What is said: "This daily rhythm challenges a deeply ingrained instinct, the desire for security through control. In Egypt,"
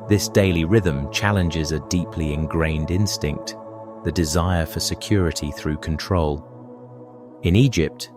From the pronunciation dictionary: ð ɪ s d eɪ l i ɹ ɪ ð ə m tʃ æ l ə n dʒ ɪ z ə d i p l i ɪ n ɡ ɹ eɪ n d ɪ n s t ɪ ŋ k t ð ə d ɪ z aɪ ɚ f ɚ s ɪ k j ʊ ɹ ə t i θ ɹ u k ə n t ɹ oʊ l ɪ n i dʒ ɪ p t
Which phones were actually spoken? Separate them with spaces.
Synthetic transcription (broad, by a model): ð ɪ s d eɪ l i ɹ ɪ ð ə m tʃ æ l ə n dʒ ɪ z ə d i p l i ɪ n ɡ ɹ eɪ n d ɪ n s t ɪ ŋ k t ð ə d ɪ z aɪ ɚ f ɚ s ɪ k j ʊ ɹ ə t i θ ɹ u k ə n t ɹ oʊ l ɪ n i dʒ ɪ p t